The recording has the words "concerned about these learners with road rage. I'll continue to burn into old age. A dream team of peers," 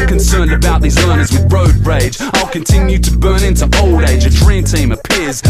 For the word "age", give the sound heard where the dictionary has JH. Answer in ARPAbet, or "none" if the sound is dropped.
JH